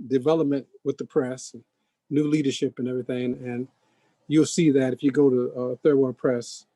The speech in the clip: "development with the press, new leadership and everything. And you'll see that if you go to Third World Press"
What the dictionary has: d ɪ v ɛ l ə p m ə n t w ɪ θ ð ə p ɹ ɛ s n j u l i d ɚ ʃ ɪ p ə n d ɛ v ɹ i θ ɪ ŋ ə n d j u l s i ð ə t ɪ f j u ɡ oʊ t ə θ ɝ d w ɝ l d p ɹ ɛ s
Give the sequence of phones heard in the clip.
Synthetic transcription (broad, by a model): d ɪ v ɛ l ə p m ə n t w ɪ ð ə p ɹ ɛ s n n u l i d ɚ ʃ ɪ p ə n ɛ v ɹ i θ ɪ ŋ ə n j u l s i ð ə t ɪ f j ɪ ɡ oʊ t ə θ ɝ d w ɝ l p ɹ ɛ s